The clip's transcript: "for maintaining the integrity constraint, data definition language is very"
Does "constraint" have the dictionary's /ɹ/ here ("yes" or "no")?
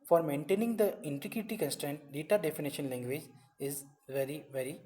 yes